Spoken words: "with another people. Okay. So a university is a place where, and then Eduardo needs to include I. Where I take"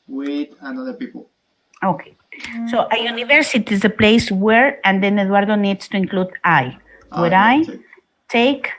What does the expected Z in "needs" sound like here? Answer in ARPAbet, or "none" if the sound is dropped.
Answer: S